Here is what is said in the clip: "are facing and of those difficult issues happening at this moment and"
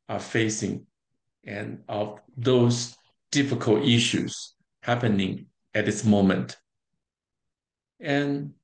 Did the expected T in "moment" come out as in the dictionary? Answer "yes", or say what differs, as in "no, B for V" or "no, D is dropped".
yes